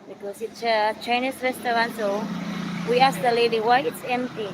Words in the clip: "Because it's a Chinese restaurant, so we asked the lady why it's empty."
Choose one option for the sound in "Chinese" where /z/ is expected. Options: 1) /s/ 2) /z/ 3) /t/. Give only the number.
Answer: 1